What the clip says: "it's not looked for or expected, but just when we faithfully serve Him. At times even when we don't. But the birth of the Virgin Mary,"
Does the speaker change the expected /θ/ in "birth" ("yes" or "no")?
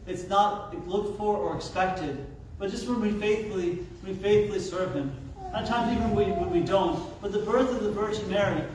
no